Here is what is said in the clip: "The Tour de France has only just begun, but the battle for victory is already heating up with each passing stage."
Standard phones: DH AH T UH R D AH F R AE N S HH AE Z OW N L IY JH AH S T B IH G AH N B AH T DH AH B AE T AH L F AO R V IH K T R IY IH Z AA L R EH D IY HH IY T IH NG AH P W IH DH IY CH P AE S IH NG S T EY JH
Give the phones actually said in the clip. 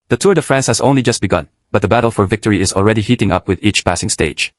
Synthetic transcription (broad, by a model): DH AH T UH R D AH F R AE N S HH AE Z OW N L IY JH AH S T B IH G AH N B AH T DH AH B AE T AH L F AO R V IH K T R IY IH Z AA L R EH D IY HH IY T IH NG AH P W IH DH IY CH P AE S IH NG S T EY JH